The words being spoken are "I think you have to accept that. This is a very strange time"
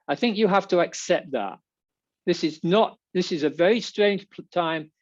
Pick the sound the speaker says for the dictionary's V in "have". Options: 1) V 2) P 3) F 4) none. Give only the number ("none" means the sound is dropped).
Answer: 3